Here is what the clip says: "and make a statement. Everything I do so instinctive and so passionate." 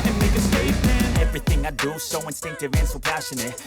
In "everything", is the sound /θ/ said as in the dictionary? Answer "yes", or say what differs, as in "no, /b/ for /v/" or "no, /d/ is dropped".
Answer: yes